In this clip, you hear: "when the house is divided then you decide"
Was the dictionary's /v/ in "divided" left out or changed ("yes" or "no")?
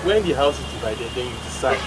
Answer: yes